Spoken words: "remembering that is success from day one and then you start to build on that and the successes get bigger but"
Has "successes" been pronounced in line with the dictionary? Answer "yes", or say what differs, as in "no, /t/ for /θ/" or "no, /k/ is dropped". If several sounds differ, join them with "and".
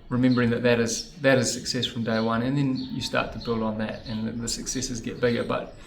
yes